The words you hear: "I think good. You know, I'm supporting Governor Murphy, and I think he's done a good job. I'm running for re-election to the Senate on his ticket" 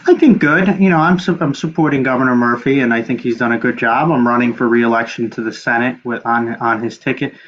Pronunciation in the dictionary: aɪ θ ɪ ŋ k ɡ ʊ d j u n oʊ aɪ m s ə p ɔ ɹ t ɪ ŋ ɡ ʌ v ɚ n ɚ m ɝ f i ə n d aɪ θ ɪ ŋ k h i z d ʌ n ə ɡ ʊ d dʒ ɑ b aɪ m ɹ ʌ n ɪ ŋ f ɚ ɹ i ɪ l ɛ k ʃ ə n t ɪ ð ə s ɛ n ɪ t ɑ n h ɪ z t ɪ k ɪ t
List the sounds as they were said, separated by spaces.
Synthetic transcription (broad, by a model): aɪ θ ɪ ŋ k ɡ ʊ d j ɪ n oʊ aɪ m s ə p ɔ ɹ t ɪ ŋ ɡ ʌ v ɚ n ɚ m ɝ f i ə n aɪ θ ɪ ŋ k h i z d ʌ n ə ɡ ʊ d dʒ ɑ b aɪ m ɹ ʌ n ɪ ŋ f ɚ ɹ i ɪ l ɛ k ʃ n t ɪ ð ə s ɛ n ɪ t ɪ n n ɪ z t ɪ k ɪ t